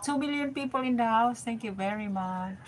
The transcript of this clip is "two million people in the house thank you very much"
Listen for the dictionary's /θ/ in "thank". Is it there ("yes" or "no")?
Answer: no